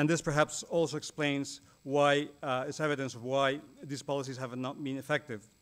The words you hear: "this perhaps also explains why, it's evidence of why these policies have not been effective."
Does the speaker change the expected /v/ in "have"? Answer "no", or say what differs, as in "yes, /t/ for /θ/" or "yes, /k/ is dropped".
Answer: no